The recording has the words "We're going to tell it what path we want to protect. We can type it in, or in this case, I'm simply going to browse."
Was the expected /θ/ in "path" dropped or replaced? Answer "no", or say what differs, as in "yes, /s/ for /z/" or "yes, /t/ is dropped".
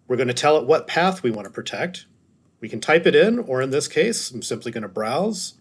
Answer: no